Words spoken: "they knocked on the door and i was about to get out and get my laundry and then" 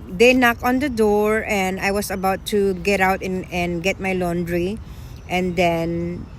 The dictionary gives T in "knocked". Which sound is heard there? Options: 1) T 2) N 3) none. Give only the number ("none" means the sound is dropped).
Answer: 3